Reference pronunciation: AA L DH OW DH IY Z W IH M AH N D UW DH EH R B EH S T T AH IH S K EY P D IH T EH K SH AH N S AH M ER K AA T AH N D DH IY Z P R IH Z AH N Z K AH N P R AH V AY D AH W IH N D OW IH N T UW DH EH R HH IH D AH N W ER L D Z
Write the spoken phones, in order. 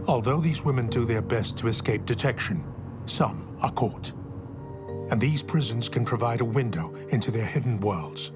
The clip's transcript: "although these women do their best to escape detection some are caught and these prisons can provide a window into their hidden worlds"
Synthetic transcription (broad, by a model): AA L DH OW DH IY Z W IH M AH N D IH DH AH R B EH S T T AH IH S K EY P D IH T EH K SH AH N S AH M ER K AA T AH N DH IY Z P R IH Z AH N Z K AH N P R AH V AY D AH W IH N D OW IH N T UW DH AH R HH IH D N W ER L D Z